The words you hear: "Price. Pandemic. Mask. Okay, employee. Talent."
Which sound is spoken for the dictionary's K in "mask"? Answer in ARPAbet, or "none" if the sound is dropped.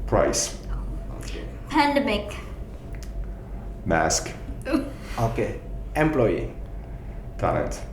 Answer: K